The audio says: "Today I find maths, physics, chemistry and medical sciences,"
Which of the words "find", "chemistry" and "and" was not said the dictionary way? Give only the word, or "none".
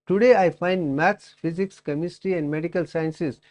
chemistry